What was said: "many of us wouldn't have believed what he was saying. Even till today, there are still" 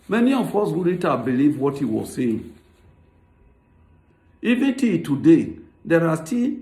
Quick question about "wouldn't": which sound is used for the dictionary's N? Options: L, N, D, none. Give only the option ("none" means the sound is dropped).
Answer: none